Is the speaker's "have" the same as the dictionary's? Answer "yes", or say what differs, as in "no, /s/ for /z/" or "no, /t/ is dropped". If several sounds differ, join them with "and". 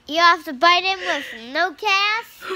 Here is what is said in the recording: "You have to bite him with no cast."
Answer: no, /f/ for /v/